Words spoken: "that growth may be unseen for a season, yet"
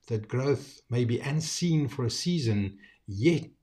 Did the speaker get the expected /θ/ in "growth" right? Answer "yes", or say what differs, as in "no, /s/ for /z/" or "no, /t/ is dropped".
yes